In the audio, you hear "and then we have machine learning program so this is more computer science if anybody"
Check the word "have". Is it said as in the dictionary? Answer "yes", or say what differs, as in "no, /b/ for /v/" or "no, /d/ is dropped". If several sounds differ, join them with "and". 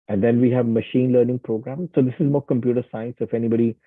yes